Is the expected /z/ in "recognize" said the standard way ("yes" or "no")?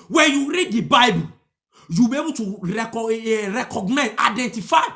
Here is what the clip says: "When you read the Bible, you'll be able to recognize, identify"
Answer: no